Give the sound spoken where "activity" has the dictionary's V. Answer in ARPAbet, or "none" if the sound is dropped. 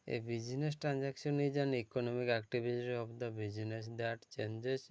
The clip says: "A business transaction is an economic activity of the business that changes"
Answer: B